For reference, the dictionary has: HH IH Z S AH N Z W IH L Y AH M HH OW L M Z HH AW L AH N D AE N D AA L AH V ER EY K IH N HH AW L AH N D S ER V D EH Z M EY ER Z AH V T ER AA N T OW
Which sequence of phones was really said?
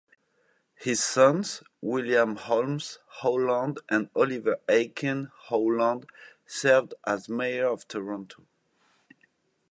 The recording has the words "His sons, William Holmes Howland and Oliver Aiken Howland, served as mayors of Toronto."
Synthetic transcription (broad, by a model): HH IH Z S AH N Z W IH L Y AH M HH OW L M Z HH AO L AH N D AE N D AA L AH V ER EY K IH N HH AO L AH N D S ER V D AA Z M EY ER AH V T ER AA N T OW